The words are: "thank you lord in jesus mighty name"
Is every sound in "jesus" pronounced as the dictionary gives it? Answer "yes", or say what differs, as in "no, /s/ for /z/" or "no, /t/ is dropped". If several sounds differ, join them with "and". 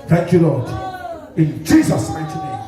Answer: yes